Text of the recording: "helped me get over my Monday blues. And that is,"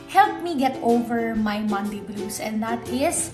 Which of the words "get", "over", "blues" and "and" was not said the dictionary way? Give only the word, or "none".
blues